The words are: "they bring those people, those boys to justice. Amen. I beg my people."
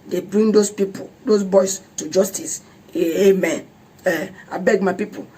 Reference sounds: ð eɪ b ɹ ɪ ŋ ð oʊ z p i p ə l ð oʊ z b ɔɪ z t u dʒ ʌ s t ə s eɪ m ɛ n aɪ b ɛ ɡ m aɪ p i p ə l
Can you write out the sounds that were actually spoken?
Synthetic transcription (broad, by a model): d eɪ b ɹ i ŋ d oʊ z p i p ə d oʊ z b ɔɪ s t u dʒ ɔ s t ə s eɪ m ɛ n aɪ b ɛ ɡ m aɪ p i p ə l